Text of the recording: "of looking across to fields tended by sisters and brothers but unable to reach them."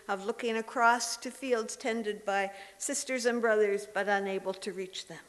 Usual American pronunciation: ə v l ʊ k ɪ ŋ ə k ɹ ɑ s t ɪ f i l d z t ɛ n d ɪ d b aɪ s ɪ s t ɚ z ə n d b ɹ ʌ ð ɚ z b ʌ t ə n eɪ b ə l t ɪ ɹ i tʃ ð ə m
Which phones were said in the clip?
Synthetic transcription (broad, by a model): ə v l ʊ k ɪ ŋ ə k ɹ ɑ s t ɪ f i l d z t ɛ n d ɪ d b aɪ s ɪ s t ɚ z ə n b ɹ ʌ ð ɚ z b ʌ t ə n eɪ b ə l t ɪ ɹ i tʃ ð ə m